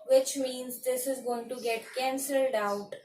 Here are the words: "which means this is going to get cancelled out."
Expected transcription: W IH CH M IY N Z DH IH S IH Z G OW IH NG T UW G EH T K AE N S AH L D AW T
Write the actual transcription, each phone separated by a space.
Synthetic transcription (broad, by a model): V IH CH M IY N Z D IH S IH Z G OW IH NG T UW G EH T K AE N S AH L D AW T